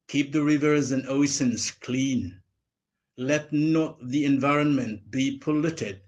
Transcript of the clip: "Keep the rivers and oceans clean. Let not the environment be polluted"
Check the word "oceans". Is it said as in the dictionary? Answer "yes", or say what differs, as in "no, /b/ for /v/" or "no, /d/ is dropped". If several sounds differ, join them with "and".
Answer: no, /s/ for /ʃ/